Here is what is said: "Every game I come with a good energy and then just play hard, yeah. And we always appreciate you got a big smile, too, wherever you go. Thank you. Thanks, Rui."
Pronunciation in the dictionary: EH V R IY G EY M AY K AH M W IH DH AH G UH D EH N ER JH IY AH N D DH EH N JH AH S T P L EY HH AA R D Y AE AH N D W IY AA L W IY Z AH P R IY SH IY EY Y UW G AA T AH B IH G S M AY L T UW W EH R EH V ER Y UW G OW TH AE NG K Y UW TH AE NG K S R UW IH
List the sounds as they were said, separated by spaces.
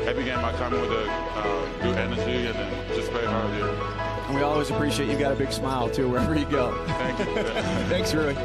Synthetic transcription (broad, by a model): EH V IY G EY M AY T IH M W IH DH AH G UH D EH N ER JH IY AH N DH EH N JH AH S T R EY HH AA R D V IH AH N W IY AA L W IY Z AH P R IY SH IY EY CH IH G AA T AH B IH G S M AY L T UW W EH R EH V ER Y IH G OW TH AE NG K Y TH AE NG K S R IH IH